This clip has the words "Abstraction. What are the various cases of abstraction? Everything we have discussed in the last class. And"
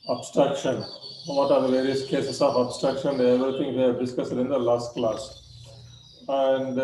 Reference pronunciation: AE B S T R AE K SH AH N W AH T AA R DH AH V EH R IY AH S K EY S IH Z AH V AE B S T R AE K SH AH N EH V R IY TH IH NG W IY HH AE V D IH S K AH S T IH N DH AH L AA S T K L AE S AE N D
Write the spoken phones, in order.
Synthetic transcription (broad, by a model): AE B S T R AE K SH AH N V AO T AA R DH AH V EH R IY AH S K EY S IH S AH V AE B S T R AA K SH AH N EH V R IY T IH NG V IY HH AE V D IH S K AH S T IH N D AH L AA S T K L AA S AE N D